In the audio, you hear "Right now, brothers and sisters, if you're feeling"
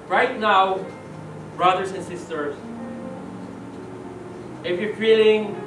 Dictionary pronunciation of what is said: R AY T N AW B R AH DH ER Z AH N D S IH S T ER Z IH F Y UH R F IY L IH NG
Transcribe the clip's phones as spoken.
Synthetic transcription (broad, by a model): R AY T N AW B R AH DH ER S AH N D S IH S T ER S IH F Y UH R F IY L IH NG